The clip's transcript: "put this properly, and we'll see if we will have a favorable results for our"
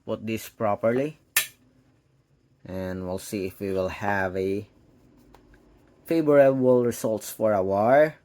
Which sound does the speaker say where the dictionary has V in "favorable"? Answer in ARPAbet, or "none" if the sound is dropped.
B